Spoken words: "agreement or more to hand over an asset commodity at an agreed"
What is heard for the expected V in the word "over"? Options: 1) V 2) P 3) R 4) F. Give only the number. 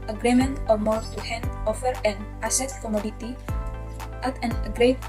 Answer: 4